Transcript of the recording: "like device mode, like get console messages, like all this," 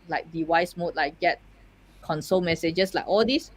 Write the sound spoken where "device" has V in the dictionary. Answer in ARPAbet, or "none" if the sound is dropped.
W